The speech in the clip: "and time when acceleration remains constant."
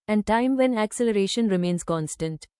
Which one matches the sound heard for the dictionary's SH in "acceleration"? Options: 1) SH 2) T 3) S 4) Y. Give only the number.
1